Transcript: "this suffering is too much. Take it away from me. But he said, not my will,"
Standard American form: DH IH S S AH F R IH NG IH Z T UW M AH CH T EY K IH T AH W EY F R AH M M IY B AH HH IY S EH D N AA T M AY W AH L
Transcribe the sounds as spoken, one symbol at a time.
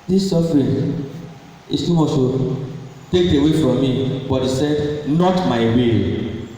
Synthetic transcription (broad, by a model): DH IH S S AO F R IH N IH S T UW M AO S T EY K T AH W EY F R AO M M IY B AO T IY S EH D N AA T M AY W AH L